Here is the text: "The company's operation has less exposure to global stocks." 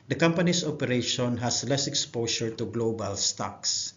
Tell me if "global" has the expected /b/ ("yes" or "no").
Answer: yes